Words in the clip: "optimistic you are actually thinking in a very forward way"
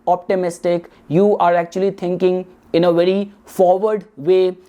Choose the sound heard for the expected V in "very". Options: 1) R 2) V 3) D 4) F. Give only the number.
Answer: 2